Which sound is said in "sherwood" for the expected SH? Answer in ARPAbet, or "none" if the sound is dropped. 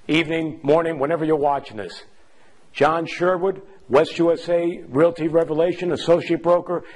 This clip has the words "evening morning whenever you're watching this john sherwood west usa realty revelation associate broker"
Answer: SH